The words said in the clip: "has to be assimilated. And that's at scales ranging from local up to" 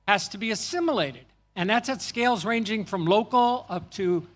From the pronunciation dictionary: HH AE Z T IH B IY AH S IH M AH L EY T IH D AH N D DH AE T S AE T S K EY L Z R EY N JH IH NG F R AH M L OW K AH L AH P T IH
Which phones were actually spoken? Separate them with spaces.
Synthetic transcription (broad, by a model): HH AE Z T IH B IY AH S IH M AH L EY T IH D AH N DH AE T S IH T S K EY L Z R EY N JH IH NG F R AH M L OW K L AH P T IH